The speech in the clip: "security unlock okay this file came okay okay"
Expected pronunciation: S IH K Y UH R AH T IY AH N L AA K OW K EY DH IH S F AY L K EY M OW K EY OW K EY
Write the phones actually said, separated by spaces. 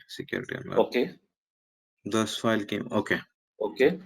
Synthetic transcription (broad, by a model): S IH K Y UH R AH T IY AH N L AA OW K EY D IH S F AY L K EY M OW K EY OW K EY